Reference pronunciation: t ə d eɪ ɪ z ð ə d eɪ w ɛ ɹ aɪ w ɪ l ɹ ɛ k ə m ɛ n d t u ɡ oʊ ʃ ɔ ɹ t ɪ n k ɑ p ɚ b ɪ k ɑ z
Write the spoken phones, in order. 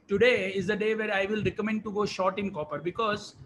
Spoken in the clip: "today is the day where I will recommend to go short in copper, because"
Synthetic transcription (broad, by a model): t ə d eɪ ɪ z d ə d eɪ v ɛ ɹ aɪ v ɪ l ɹ ɛ k ə m ɛ n d t u ɡ oʊ ʃ ɔ ɹ t ɪ n k ɑ p ɚ b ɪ k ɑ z